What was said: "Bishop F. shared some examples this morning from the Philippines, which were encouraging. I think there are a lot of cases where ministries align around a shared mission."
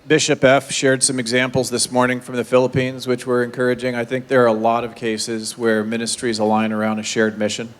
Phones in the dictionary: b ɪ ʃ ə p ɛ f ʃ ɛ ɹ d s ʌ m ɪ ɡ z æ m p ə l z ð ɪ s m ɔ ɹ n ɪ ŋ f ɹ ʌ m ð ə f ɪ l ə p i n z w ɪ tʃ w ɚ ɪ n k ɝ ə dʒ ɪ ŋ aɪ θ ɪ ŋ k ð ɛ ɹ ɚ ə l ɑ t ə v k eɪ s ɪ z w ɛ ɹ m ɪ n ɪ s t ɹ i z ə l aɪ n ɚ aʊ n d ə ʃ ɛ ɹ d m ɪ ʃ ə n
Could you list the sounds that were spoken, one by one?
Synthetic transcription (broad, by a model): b ɪ ʃ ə p ɛ f ʃ ɛ ɹ d s ʌ m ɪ ɡ z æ m p l z ð ɪ s m ɔ ɹ n ɪ ŋ f ɹ ʌ m ð ə f ɪ l ə p i n z w ɪ tʃ w ɚ ɪ n k ɝ ə dʒ ɪ ŋ aɪ θ ɪ ŋ k ð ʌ ɹ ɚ ə l ɑ t ə v k eɪ s ɪ z w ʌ ɹ m ɪ n ɪ s t ɹ i z ə l aɪ n ɚ aʊ n d ə ʃ ɛ ɹ d m ɪ ʃ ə n